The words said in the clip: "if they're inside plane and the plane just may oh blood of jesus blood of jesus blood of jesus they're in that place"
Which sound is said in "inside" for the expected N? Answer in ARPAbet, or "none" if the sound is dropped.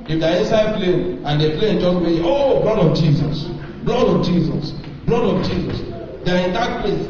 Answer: none